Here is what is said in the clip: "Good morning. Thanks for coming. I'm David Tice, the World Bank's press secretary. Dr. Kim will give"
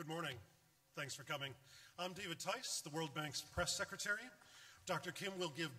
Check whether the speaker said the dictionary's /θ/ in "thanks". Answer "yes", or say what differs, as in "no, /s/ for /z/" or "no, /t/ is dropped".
yes